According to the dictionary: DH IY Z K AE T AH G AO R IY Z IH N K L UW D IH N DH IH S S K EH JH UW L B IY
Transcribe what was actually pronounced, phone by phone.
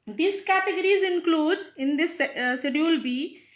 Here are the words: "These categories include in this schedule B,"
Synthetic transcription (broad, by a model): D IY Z K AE T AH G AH R IY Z IH N K L UW D IH N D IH S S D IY UW L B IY